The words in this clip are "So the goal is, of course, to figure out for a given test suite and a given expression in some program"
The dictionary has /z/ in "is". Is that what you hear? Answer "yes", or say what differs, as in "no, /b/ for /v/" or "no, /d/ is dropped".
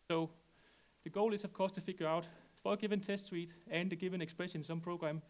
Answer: no, /s/ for /z/